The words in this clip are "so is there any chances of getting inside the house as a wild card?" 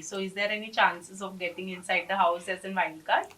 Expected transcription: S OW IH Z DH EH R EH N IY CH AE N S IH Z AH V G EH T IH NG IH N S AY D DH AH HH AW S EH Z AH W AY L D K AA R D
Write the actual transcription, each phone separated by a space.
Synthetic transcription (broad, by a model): S OW IH Z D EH R EH N IY CH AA N S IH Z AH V G EH T IH NG IH N S AY D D AH HH AW S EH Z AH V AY N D K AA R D